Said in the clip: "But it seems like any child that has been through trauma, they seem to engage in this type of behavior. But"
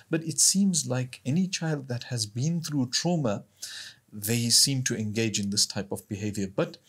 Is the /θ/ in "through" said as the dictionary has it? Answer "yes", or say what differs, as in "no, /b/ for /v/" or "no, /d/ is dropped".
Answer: yes